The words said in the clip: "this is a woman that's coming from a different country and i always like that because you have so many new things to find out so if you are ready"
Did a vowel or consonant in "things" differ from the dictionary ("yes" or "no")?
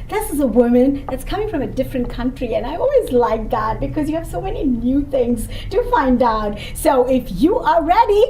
no